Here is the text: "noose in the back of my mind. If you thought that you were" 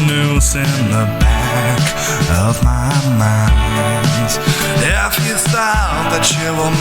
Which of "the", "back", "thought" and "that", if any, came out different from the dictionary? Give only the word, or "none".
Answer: thought